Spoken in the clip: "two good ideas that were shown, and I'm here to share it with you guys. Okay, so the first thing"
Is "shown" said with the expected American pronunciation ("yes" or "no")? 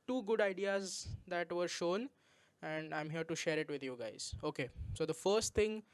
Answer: yes